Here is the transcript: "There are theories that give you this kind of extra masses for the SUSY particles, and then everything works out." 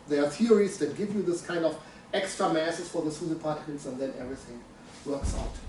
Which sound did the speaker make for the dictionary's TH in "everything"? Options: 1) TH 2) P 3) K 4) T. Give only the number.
1